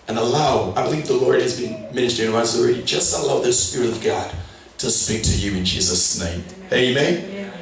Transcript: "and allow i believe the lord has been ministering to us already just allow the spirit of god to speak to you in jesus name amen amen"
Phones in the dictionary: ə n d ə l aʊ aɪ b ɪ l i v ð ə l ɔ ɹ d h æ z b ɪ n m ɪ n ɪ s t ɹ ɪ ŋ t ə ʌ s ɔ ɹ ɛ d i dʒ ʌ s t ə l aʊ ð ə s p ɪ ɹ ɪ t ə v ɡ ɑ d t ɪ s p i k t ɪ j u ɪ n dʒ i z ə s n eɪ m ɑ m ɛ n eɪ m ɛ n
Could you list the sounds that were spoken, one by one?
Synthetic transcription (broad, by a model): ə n ə l aʊ aɪ b ɪ l i v ð ə l ɔ ɹ d h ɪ z b ɪ n m ɪ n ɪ s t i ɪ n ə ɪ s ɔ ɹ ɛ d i dʒ ʌ s t ə l aʊ ð ə s p ɪ ɹ ɪ t ə v ɡ ɑ d t ɪ s p i k t ɪ j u ɪ n dʒ i z ə s n eɪ ɑ m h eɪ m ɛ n